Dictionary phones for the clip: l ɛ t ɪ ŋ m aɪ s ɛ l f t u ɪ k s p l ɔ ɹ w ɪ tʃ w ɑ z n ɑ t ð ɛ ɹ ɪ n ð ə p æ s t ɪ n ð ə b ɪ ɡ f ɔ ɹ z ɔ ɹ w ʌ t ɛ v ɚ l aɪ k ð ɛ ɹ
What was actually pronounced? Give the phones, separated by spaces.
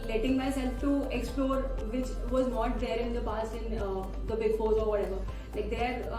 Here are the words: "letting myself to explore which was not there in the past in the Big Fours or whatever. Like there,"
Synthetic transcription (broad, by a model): l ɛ t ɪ ŋ m aɪ s ɛ l f t u ɪ k s p l ɔ ɹ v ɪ tʃ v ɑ z n ɑ t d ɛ ɹ ɪ n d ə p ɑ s ɪ n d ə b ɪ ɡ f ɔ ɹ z ɔ ɹ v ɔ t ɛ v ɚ l aɪ k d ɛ ɹ